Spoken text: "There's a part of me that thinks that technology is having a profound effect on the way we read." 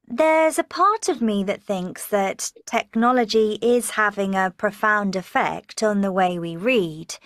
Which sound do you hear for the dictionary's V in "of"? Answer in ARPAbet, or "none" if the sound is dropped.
V